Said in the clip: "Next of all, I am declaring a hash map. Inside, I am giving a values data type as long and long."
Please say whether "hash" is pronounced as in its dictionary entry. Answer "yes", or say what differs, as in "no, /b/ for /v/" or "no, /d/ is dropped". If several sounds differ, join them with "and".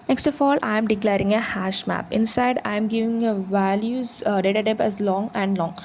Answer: yes